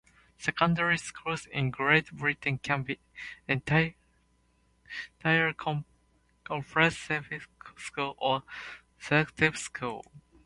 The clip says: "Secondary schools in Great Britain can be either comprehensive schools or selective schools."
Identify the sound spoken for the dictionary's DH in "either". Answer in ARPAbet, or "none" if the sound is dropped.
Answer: none